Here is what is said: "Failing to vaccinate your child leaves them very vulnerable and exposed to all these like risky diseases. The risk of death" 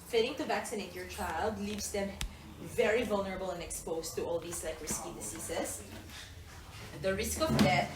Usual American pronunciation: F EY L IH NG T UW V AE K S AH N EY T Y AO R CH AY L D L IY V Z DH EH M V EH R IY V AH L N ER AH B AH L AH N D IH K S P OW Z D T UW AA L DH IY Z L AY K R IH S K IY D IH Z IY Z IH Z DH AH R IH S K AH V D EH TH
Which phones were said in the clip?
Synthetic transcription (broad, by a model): F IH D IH NG T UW V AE K S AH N EY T Y AO R CH AY L D L IY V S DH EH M V EH R IY V AH L N ER AH B AH L AH N D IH K S P OW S T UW AA L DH IY S L AY K R IH S K IY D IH S IY S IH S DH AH R IH S K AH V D EH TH